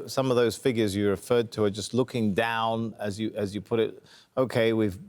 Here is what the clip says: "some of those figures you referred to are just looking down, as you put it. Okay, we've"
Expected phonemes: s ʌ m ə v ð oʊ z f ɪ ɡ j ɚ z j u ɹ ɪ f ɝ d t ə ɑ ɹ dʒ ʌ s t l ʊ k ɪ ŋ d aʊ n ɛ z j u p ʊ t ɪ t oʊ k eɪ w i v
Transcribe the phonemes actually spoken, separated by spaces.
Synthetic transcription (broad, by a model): s ʌ m ə v ð oʊ z f ɪ ɡ j ɚ z j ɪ ɹ ɪ f ɝ d t ə ɹ dʒ ʌ s t l ʊ k ɪ ŋ d aʊ n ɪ z j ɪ p ʊ t ɪ t oʊ k eɪ w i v